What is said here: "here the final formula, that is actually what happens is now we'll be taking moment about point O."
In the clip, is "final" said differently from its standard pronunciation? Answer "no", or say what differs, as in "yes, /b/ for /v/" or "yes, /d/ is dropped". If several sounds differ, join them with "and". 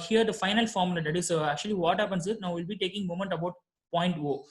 no